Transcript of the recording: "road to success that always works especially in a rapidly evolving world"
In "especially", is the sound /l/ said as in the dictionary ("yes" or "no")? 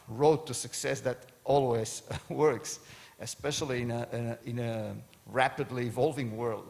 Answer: no